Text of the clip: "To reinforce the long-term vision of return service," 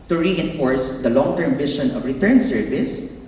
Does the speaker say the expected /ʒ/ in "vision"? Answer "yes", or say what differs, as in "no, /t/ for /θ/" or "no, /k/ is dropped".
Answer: no, /ʃ/ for /ʒ/